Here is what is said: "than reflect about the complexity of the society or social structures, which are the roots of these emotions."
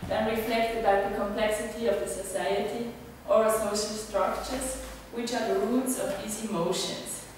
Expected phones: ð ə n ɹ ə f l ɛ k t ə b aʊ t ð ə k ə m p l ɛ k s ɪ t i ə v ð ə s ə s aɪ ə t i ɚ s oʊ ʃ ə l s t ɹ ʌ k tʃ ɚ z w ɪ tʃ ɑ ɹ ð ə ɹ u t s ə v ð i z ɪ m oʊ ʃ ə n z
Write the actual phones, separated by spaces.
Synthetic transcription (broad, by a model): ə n ɹ ə f l ɛ k t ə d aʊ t ð ə k ə m p l ɛ k s ɪ t i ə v ð ə s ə s aɪ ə t i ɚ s oʊ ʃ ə l s t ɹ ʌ k tʃ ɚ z w ɪ tʃ ɑ ɹ ð ə ɹ u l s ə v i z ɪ m oʊ ʃ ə n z